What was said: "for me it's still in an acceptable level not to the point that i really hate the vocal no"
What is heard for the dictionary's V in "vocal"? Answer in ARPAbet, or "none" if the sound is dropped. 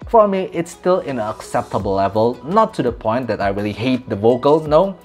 V